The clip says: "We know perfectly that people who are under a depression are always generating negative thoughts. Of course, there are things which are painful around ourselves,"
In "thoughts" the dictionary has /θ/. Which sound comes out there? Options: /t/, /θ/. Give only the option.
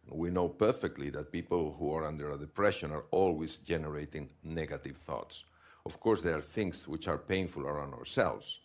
/θ/